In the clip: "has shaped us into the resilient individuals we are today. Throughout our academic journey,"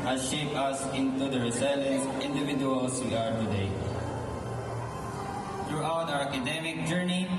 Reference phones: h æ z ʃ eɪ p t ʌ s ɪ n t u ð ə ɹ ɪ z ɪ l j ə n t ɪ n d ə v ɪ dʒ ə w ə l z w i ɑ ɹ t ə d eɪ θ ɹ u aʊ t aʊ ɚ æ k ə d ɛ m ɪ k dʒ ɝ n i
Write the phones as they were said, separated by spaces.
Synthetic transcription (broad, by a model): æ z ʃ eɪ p ʌ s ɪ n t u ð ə ɹ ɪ s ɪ l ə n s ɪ n d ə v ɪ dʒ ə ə l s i ɑ ɹ t ə d eɪ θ ɹ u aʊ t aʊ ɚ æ k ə d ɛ m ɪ k dʒ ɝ n i